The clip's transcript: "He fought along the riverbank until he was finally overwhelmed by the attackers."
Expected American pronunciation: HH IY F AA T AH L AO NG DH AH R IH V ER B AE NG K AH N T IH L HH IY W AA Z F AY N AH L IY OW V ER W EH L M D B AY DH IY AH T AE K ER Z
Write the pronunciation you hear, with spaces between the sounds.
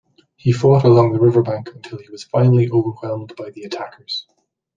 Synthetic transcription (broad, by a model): HH IY F AA T AH L AO NG DH AH R IH V ER B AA NG K AH N T IH L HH IY W AA Z F AY N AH L IY OW V ER W EH L M D B AY DH IY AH T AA K ER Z